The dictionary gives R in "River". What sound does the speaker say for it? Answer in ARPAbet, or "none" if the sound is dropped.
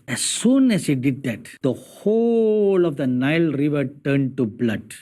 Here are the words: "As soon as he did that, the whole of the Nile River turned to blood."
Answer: R